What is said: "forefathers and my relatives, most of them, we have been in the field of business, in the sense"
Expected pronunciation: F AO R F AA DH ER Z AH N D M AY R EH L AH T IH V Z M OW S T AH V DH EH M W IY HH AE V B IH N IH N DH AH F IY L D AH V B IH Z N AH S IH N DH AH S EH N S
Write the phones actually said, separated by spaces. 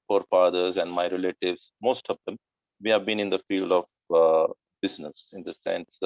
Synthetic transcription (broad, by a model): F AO R F AA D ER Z AH N D M AY R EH L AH T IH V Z M OW S T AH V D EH M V IY HH AE V B IH N IH N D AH F IY L D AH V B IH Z N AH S IH N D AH S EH N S